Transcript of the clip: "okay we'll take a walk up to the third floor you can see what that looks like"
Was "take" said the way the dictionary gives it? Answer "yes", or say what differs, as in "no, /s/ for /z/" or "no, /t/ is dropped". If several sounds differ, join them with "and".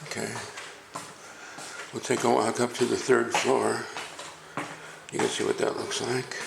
no, /k/ is dropped